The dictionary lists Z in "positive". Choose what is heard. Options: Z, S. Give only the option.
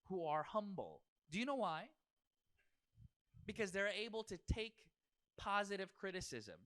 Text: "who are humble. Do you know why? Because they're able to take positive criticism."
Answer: Z